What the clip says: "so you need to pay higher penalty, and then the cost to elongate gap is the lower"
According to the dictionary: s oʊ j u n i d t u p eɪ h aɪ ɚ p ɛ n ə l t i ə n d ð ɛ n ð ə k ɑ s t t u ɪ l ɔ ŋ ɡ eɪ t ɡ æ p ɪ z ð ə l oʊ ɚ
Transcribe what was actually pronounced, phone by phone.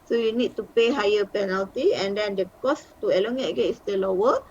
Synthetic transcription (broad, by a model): s oʊ j u n i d t u p eɪ h aɪ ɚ p ɛ n ə l t i ə n d ɛ n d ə k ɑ s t t u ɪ l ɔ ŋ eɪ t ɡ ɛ ɪ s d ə l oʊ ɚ